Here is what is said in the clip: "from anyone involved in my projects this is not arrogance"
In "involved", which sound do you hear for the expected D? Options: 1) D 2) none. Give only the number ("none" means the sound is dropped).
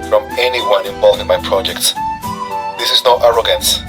2